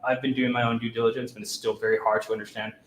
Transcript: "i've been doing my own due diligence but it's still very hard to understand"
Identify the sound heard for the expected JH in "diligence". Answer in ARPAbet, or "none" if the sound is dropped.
JH